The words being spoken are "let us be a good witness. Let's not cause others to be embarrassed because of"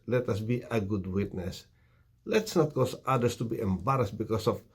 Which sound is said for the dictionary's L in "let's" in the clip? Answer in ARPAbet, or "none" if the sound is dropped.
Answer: L